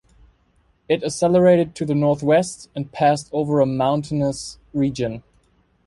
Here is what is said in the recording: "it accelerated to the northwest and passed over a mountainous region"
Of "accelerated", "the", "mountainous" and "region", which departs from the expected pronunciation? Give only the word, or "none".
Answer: accelerated